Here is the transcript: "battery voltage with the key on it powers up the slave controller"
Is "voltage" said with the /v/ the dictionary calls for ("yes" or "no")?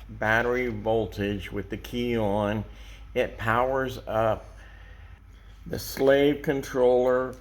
yes